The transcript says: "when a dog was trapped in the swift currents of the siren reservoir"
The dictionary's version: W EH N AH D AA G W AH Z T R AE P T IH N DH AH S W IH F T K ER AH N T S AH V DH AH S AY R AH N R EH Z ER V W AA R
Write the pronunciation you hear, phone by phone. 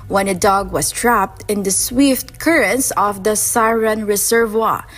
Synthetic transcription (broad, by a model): W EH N AH D AA G W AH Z T R AE P T IH N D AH S W IH F T K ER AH N S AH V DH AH S AY R AH N R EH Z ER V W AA